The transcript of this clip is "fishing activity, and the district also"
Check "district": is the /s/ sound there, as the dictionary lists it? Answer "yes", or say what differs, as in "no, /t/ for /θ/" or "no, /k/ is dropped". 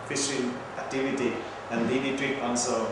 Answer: no, /s/ is dropped